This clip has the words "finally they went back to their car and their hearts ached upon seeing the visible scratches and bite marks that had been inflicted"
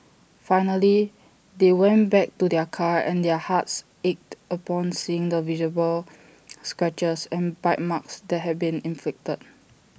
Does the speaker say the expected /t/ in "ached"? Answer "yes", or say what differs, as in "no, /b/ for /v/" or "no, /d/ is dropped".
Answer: yes